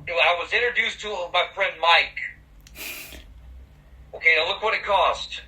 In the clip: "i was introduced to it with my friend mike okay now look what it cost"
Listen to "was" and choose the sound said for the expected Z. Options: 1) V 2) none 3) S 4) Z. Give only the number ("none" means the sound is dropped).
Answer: 4